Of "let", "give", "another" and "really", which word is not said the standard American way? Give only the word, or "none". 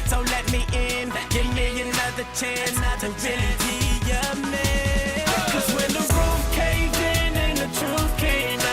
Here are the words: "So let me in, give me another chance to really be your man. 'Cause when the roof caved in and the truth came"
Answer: really